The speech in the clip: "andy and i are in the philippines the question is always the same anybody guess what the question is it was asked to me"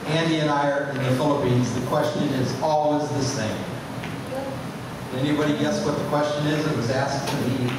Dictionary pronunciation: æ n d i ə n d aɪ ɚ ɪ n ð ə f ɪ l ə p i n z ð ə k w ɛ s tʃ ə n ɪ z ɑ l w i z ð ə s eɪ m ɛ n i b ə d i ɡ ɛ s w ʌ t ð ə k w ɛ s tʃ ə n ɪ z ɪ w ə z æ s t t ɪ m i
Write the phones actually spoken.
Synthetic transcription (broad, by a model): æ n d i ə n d aɪ ɚ ɪ n ð ə f ɪ l ə p i n z ð ə k w ɛ s tʃ ə n ɪ z ɑ l w i z ð ə s eɪ m ɛ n i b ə d i ɡ ɛ s w ʌ t ð ə k w ɛ s tʃ ə n ɪ z ɪ w ə z æ s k t ɪ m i